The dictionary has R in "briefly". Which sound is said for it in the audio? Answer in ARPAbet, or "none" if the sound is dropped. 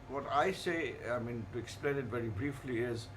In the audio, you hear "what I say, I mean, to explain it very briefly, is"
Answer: R